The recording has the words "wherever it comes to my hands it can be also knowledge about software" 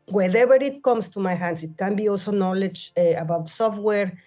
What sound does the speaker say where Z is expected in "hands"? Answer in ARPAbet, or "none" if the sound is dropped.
S